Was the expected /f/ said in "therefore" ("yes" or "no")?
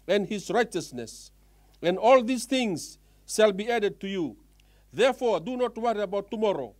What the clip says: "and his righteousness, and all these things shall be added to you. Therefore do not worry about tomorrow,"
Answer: yes